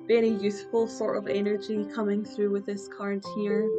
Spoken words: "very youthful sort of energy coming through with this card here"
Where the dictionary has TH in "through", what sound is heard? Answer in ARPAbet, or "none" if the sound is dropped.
TH